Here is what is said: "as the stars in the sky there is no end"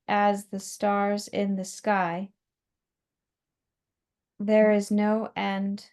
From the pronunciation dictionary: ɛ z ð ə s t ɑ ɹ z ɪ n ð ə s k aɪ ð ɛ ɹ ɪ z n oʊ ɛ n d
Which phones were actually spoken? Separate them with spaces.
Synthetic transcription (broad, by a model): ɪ z ð ə s t ɑ ɹ z ɪ n ð ə s k aɪ ð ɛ ɹ ɪ z n oʊ ɛ n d